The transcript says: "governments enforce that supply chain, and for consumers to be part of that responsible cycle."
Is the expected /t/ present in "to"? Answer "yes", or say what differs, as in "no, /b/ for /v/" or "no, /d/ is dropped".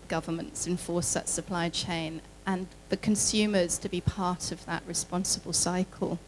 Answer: yes